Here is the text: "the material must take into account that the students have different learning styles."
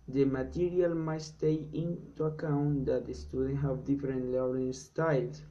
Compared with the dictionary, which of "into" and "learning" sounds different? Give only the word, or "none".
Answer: learning